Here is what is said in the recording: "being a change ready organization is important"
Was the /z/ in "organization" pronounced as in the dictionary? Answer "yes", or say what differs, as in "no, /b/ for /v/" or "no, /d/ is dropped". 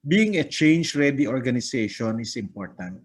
no, /s/ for /z/